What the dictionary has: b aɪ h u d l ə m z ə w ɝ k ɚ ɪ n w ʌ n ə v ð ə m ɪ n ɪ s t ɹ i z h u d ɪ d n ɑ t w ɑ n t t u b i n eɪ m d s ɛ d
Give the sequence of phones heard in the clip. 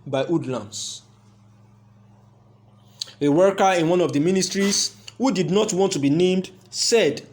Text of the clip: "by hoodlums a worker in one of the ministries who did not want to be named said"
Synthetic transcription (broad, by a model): b aɪ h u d l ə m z ə w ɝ k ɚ ɪ n w ʌ n ə v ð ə m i n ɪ s t ɹ i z h u d ɪ d n ɑ t w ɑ n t t u b i n eɪ m d s ɛ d